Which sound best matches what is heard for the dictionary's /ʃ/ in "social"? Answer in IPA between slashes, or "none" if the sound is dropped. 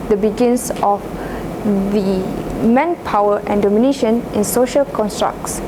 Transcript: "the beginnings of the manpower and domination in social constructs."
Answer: /ʃ/